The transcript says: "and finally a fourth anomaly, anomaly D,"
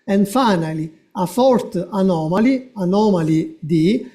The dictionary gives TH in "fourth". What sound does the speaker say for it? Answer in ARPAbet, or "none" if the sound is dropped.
T